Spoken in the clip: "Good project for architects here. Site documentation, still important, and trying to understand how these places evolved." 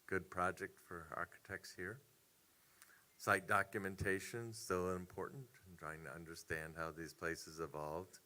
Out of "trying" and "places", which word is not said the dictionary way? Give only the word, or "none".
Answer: none